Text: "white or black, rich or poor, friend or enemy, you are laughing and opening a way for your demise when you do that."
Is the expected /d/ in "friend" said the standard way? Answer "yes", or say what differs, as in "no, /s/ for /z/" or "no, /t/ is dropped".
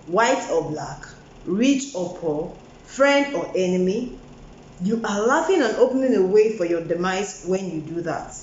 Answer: yes